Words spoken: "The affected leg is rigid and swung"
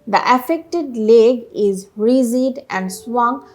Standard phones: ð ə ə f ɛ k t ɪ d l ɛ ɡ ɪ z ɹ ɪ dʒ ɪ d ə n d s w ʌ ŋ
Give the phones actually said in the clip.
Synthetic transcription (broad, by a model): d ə ə f ɛ k t ɪ d l ɛ ɡ ɪ z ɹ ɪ z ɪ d ə n d s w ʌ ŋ